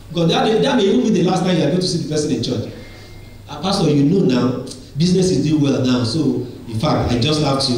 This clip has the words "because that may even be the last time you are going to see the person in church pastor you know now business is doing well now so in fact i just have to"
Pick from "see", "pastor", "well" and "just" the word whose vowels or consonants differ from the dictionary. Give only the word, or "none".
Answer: pastor